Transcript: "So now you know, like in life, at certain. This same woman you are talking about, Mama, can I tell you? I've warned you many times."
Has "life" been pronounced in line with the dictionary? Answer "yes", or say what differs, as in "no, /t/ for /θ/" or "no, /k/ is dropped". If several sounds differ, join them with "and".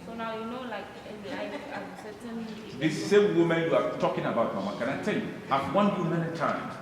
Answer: no, /f/ is dropped